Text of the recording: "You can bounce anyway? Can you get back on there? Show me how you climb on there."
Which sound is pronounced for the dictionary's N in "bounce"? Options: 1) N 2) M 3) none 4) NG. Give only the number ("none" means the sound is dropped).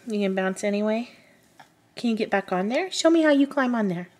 1